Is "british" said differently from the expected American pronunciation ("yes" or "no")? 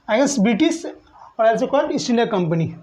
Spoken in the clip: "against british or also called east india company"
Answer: yes